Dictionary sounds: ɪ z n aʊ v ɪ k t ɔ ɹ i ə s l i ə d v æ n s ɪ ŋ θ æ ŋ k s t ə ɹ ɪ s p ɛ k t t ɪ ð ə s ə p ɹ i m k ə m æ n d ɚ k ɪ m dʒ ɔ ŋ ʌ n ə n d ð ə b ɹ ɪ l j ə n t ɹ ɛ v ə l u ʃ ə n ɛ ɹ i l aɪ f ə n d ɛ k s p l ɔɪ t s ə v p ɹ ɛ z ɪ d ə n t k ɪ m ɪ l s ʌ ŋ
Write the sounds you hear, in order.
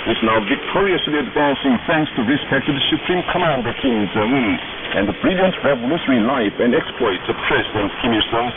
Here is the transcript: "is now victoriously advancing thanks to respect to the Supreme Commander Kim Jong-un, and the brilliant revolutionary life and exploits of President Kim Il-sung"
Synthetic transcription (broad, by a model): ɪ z n aʊ v ɪ k t ɔ ɹ i ə s l i ə d v æ n s ɪ ŋ θ æ ŋ k s t ə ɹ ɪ s p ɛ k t t ɪ ð ə s ə p ɹ i m k ə m æ n d ɚ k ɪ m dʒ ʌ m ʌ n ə n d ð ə b ɹ ɪ l j ə n t ɹ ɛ v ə l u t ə ɹ i l aɪ f ə n d ɛ k s p l ɔɪ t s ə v p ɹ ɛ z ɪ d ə n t k ɪ m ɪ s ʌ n